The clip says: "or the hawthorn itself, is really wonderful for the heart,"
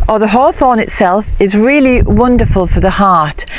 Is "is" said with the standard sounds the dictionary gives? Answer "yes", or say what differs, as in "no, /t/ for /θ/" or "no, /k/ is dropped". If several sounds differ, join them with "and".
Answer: yes